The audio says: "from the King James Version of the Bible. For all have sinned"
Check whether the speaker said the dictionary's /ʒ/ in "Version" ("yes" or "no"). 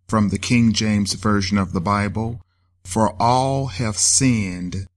yes